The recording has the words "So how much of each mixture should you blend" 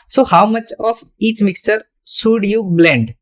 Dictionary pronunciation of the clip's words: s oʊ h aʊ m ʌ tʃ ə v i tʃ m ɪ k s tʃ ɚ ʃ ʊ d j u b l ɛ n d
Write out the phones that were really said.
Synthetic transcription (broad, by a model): s oʊ h aʊ m ʌ tʃ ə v i tʃ m ɪ k s tʃ ɚ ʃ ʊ d j u b l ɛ n d